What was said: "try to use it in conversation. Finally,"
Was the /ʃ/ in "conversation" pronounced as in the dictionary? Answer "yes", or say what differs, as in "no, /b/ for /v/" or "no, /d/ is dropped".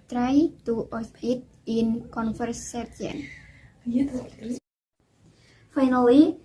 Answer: no, /ʃ/ is dropped